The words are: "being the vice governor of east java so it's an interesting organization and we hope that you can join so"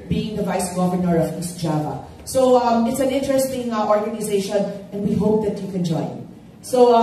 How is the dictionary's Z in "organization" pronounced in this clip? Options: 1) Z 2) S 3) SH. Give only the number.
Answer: 1